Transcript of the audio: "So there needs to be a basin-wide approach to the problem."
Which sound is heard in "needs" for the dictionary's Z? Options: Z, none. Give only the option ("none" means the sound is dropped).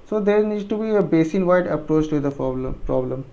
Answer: none